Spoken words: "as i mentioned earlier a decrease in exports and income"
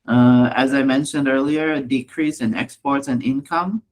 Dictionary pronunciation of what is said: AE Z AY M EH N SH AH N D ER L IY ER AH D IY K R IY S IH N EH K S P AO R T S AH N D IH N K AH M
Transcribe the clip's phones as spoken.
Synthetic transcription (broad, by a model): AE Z AY M EH N SH AH N D ER L IY ER D IY K R IY S IH N EH K S P AO R T S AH N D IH N K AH M